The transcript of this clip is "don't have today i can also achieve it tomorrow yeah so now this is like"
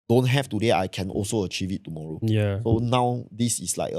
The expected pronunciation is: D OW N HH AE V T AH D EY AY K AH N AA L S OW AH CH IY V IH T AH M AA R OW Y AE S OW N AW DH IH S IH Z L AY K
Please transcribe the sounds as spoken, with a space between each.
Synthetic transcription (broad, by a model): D OW N HH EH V T AH D EY AY K AH N AA L S OW AH CH IY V IH T AH M AA R OW Y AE S OW N AW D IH S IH S L AY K